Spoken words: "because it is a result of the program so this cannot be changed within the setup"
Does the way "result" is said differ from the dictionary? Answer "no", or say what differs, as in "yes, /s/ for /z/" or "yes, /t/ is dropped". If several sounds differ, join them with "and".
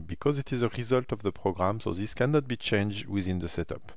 no